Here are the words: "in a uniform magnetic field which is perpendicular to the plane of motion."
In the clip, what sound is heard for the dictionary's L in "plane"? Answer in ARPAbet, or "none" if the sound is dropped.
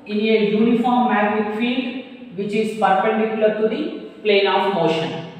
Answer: L